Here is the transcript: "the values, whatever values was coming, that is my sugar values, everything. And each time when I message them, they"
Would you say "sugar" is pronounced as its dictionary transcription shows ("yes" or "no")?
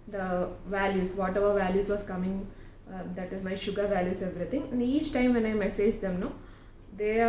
yes